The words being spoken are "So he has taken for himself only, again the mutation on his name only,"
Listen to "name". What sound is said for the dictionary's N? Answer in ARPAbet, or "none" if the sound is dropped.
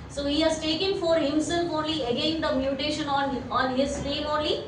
L